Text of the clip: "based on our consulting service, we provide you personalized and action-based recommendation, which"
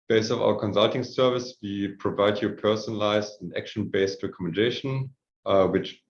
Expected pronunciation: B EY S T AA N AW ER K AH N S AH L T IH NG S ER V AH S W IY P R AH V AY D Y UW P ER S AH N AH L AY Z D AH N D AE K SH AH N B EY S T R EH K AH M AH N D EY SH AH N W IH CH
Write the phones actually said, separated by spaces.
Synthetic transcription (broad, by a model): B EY S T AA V AW ER K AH N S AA L T IH NG S ER V AH S W IY P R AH V AY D Y UW P ER S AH N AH L AY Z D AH N AE K SH AH N B EY S T R EH K AH M AH N D EY SH AH N W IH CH